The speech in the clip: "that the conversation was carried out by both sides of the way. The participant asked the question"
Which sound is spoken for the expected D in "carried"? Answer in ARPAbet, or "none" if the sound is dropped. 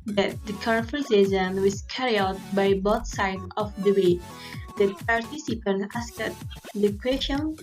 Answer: none